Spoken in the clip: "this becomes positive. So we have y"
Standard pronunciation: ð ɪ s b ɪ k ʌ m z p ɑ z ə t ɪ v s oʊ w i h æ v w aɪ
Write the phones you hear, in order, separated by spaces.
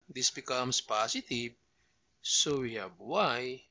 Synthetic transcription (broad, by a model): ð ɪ s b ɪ k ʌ m s p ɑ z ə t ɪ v s oʊ w i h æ b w aɪ